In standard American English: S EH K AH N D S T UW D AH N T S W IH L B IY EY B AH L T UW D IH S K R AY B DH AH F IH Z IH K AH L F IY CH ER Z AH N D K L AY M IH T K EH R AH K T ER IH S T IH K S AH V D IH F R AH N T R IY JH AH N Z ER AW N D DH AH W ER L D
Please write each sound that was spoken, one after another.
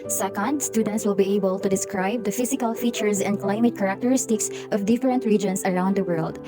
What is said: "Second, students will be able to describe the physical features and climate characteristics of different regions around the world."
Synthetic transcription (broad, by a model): S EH K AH N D S T UW D AH N T S W IH L B IY EY B AH L T UW D IH S K R AY B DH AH F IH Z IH K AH L F IY CH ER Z AH N D K L AY M IH T K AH R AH K T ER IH S T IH K S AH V D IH F R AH N T R IY JH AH N S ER AW N D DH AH W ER L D